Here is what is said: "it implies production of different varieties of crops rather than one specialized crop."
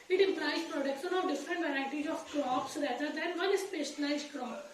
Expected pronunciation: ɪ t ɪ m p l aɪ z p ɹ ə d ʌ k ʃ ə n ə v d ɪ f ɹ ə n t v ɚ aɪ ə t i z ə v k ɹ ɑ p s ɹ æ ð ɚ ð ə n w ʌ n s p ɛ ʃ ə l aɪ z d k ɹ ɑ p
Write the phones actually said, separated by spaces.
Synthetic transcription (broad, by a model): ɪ t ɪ m p l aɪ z p ɹ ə d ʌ k s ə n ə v d ɪ f ɹ ə n t v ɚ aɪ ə t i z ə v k ɹ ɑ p s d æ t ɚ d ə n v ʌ n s p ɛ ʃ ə n aɪ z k ɹ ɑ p